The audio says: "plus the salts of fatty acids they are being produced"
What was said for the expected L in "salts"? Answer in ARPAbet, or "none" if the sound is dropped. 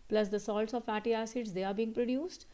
L